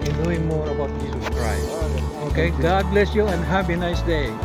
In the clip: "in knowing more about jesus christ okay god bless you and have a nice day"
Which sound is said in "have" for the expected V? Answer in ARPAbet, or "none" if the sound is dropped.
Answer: P